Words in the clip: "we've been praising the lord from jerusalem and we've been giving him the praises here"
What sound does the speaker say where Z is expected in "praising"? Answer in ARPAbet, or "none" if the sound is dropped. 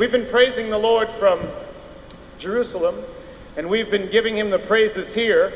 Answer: Z